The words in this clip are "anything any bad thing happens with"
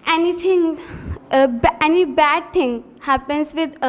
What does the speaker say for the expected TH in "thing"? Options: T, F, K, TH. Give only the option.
T